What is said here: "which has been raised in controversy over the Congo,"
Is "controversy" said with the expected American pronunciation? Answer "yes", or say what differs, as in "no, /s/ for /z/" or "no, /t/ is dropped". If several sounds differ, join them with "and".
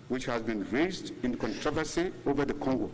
yes